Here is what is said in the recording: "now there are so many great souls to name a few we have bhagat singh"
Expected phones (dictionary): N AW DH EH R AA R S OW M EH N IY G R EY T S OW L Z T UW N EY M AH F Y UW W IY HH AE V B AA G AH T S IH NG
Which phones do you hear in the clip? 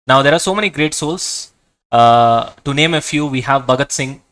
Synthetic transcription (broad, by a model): N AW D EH R AA R S OW M EH N IY G R EY T S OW L S T UW N EY M AH F Y UW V IY HH AE V B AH G AH T S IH NG